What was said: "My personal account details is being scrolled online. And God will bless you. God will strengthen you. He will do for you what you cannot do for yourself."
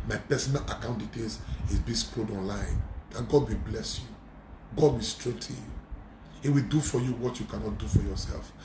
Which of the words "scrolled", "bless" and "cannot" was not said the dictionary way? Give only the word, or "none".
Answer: scrolled